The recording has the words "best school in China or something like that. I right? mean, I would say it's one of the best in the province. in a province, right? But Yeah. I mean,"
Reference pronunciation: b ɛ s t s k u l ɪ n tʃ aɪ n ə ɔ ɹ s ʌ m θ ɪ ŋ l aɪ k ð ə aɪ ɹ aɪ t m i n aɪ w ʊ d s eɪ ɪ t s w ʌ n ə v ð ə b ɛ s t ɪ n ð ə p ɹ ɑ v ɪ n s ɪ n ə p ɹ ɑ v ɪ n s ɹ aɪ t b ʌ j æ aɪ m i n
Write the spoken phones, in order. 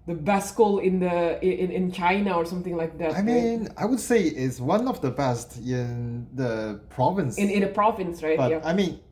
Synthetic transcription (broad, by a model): b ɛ s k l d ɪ n ɪ n tʃ aɪ n ə ɔ ɹ s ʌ m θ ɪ ŋ l aɪ k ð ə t aɪ m i n aɪ w ʊ d s eɪ ɪ t s w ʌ n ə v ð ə b ɛ s t ɪ n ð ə p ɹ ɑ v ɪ n s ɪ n ə p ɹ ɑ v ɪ n s ɹ aɪ t b ʌ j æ aɪ m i n